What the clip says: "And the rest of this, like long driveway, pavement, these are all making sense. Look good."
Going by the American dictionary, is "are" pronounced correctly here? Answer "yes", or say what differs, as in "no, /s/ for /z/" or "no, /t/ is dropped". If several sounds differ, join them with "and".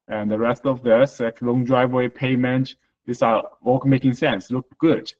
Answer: no, /w/ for /ɹ/